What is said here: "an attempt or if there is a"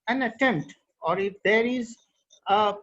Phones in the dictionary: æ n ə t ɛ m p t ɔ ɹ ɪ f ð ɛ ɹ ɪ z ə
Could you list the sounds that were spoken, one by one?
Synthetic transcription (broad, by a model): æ n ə t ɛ m t ɔ ɹ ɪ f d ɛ ɹ ɪ z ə